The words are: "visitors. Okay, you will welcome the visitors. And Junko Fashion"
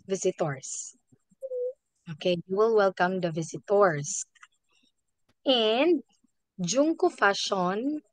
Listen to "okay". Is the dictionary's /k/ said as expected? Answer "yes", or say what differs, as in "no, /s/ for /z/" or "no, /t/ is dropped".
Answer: yes